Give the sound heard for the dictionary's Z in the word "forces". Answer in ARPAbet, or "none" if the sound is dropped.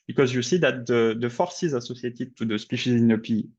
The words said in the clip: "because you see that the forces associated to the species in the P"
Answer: Z